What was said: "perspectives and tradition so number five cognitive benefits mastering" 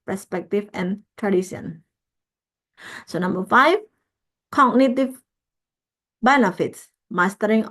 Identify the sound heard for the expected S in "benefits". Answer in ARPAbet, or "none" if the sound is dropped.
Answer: S